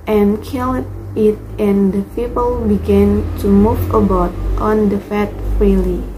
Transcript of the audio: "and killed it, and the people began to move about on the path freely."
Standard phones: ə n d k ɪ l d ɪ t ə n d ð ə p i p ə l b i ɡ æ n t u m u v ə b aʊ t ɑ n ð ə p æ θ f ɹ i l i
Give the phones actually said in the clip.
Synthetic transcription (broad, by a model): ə n k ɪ l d ɪ t ə n d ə p i p ə l b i ɡ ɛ n t u m u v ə b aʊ t ɑ n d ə f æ t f ɹ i l i